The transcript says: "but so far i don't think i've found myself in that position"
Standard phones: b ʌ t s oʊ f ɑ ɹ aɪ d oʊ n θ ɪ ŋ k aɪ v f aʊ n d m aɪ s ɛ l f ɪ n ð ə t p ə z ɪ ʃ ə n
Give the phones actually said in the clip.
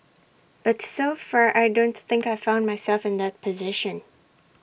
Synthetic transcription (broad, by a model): b ʌ t s oʊ f ɑ ɹ aɪ d oʊ n θ ɪ ŋ k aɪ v f aʊ n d m aɪ s ɛ l f ɪ n ð ə t p ə z ɪ ʃ ə n